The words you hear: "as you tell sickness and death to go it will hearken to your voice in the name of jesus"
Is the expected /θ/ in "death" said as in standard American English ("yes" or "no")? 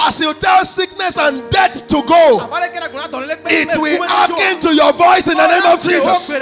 no